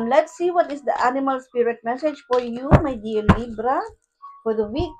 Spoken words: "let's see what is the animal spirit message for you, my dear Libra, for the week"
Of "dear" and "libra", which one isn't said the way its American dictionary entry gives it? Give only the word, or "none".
dear